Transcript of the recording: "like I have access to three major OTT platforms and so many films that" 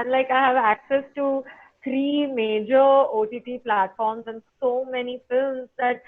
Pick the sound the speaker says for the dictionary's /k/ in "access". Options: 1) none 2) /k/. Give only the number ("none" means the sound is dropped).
2